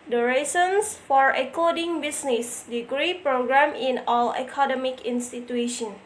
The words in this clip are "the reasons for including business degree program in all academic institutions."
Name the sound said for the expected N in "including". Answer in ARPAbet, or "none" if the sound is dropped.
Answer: none